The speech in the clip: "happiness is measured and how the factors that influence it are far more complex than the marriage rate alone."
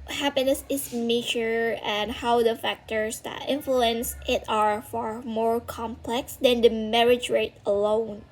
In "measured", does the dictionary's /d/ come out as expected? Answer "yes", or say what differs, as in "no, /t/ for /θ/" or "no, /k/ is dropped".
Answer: no, /d/ is dropped